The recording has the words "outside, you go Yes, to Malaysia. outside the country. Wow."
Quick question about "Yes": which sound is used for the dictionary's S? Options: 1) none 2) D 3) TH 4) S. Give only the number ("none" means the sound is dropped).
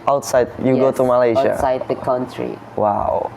1